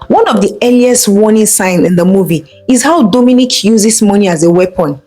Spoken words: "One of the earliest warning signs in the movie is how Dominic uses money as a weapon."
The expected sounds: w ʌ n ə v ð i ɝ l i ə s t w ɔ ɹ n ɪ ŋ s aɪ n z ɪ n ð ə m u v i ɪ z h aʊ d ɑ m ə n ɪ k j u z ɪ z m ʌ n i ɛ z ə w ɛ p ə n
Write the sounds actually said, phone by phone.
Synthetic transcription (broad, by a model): w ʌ n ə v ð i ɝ l i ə s t w ɔ n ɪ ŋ s aɪ n ɪ n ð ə m u v i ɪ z h aʊ d ɑ m ə n ɪ k j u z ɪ s m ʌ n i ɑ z ə w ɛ p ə n